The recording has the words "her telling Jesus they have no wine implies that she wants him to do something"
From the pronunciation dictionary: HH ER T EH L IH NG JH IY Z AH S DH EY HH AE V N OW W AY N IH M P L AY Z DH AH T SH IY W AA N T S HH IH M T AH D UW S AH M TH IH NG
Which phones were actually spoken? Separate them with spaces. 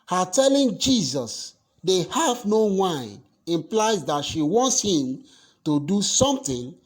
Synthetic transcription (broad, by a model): HH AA T EH L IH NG JH IY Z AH S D EY HH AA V N OW W AY IH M P L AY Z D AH T SH IY W AA N T S HH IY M T AH D UW S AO M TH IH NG